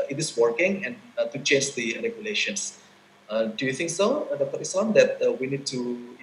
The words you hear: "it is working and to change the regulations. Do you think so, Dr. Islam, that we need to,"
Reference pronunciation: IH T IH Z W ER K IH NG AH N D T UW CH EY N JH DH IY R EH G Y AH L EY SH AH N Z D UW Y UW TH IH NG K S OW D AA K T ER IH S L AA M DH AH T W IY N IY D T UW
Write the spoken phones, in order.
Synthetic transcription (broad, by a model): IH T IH S W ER K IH NG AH N T UW CH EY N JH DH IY R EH G Y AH L EY SH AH N S D UW Y UW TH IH NG K S OW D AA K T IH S AA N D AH T W IY N IY D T UW